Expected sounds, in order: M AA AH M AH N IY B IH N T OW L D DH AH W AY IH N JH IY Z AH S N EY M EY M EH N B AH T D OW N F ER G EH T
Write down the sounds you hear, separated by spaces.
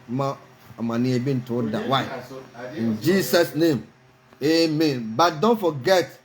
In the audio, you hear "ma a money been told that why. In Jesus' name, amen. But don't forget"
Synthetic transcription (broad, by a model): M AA M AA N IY B IH N T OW D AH W AY IH N JH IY S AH S N EY M EY M EH N B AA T D OW N F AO G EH T